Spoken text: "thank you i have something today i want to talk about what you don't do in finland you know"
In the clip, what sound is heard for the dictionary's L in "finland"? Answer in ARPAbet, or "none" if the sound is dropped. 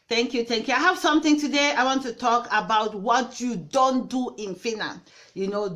none